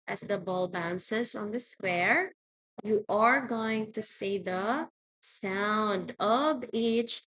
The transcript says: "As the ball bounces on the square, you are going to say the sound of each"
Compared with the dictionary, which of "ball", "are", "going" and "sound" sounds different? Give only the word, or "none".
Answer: none